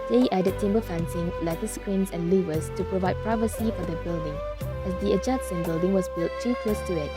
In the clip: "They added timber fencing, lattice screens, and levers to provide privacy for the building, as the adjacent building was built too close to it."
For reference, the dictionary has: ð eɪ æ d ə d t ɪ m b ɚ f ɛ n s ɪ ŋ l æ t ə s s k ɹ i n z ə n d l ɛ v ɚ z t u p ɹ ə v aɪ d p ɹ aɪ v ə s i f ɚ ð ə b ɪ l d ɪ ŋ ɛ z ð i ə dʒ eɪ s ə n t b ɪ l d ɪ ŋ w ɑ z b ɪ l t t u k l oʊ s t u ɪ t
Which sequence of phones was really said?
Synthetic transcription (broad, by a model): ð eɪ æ d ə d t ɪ m b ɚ f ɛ n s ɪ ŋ l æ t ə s s k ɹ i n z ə n l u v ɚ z t u p ɹ ə v aɪ d p ɹ aɪ v ə s i f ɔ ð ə b ɪ l d ɪ ŋ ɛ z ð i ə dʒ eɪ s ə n b ɪ l d ɪ ŋ w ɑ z b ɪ l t t u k oʊ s t u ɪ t